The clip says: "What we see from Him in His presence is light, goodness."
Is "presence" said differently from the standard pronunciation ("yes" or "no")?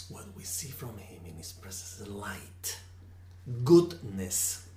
yes